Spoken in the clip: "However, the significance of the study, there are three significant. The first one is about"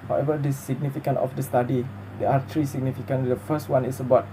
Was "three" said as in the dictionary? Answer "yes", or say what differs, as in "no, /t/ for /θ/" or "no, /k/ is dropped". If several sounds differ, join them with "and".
no, /t/ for /θ/